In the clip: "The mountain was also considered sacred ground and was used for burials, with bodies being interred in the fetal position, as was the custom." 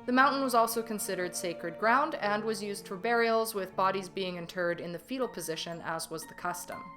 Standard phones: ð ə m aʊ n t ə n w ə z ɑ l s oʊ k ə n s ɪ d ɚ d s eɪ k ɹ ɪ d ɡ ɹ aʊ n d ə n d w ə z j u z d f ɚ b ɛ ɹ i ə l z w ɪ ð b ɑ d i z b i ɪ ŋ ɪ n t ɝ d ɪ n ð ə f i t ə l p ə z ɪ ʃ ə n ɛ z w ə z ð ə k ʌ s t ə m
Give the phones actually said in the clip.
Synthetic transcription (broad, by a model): ð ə m aʊ n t n w ə z ɑ l s oʊ k ə n s ɪ d ɚ d s eɪ k ɹ ɪ d ɡ ɹ aʊ n d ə n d w ə z j u z d f ɚ b ɛ ɹ i l z w ɪ ð b ɑ d i z b i ɪ ŋ ɪ n t ɝ d ɪ n ð ə f i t l p ə z ɪ ʃ ə n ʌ z w ə z ð ə k ʌ s t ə m